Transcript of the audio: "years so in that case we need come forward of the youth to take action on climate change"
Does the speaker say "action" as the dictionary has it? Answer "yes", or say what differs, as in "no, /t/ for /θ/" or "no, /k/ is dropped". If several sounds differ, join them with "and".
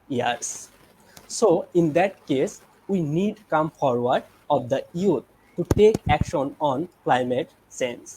yes